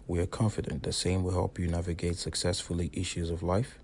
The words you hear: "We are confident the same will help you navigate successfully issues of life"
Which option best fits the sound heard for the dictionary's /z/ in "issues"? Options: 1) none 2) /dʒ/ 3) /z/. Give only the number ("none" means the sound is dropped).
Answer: 3